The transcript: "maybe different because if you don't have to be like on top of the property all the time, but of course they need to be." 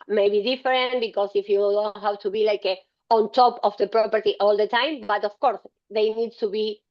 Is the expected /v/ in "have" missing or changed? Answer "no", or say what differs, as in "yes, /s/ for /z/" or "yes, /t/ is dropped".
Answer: yes, /w/ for /v/